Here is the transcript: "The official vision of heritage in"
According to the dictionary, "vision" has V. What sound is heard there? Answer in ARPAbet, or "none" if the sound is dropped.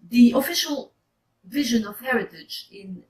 V